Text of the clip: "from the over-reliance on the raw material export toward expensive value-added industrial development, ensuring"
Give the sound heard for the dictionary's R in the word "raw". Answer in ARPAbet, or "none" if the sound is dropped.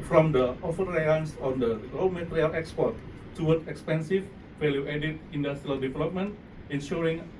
L